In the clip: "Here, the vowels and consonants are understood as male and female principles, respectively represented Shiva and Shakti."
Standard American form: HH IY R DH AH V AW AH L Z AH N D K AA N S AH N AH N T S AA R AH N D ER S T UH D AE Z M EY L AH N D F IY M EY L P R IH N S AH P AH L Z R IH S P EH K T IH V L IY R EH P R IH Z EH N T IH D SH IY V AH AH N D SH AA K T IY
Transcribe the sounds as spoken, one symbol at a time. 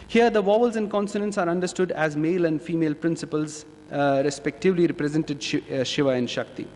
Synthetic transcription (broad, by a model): HH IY R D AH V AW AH L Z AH N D K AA N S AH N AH N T S AA R AH N D ER S T UH D AE Z M EY L AH N D F IY M EY L P R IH N S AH P AH L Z R IH S P EH K T IH V L IY R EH P R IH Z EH N T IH D SH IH V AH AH N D SH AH K T IY